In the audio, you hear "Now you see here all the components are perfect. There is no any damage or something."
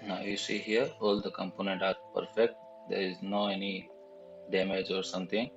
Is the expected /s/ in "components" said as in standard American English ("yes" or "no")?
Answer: no